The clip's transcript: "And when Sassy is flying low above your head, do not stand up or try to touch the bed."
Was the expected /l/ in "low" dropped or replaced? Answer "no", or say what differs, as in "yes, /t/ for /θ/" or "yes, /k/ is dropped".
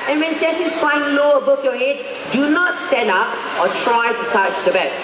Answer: no